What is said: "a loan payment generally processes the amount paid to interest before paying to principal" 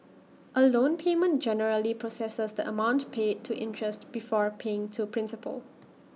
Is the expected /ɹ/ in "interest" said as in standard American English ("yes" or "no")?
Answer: yes